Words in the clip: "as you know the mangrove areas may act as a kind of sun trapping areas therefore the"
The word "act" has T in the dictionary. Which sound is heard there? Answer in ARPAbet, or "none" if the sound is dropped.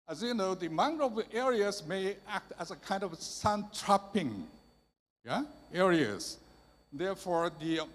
T